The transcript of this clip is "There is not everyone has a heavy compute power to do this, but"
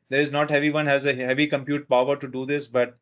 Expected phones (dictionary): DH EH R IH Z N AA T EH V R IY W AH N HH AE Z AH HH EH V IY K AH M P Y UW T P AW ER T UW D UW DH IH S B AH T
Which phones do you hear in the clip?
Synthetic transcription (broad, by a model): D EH R IH Z N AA T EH V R IY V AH N HH AE Z AH HH EH V IY K AH M P Y UW T P AW ER T UW D UW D IH S B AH T